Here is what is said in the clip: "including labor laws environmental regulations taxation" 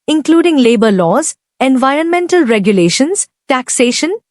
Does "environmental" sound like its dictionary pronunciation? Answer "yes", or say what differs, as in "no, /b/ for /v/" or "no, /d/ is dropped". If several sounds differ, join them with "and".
yes